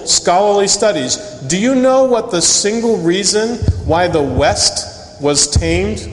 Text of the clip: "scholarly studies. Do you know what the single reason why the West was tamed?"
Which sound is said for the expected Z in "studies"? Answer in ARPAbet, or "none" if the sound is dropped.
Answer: Z